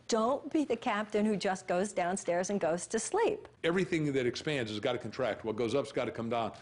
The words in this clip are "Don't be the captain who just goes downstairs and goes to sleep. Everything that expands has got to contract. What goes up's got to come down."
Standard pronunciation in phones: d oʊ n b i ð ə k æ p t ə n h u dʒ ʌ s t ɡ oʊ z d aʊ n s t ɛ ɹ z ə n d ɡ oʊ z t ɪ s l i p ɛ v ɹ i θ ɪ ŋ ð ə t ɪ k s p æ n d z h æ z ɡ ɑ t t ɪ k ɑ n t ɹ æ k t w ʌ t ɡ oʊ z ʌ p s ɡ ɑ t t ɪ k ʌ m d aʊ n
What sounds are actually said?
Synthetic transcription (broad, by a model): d oʊ n b i ð ə k æ p t ə n h u dʒ ʌ s ɡ oʊ z d aʊ n s t ɛ ɹ z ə n ɡ oʊ z t ɪ s l i p ɛ v ɹ i θ ɪ ŋ ð ə t ɪ k s p æ n d z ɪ z ɡ ɑ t t ɪ k n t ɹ æ k t w ʌ t ɡ oʊ z ʌ p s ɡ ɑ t t ɪ k ʌ m d aʊ n